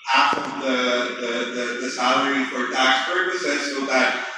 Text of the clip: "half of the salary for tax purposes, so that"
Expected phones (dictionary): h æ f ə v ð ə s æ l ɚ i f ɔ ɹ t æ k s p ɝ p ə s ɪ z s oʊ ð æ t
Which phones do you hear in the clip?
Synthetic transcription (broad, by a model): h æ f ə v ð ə s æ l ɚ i f ɔ ɹ t æ k s p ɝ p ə s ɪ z s oʊ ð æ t